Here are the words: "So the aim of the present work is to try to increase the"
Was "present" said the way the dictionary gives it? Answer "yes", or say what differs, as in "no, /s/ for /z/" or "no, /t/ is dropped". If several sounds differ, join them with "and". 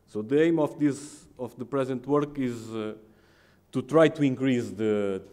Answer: yes